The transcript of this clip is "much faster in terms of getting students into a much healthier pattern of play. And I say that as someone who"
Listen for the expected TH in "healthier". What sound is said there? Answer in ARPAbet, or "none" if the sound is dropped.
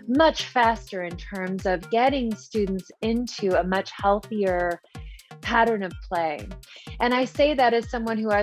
TH